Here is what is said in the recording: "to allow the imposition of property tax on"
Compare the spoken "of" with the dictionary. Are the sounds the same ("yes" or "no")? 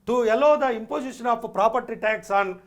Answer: no